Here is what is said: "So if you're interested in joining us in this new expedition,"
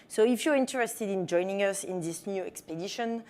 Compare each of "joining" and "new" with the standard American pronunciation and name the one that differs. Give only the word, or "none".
none